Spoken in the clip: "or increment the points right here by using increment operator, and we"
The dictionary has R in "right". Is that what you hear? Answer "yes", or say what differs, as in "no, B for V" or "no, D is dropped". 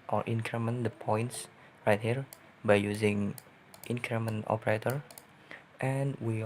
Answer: yes